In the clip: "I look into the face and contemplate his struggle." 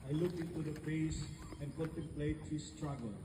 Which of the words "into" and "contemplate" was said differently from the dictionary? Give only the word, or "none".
contemplate